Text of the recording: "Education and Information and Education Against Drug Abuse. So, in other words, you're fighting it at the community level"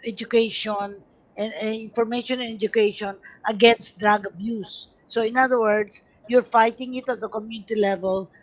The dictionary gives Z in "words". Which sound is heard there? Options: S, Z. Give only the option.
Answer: S